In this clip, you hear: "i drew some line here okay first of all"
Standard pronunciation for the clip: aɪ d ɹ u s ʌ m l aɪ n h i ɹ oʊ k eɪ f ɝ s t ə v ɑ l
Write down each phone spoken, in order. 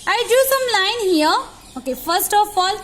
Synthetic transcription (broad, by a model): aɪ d u s ʌ m l aɪ n h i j oʊ k eɪ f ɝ s t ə f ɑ l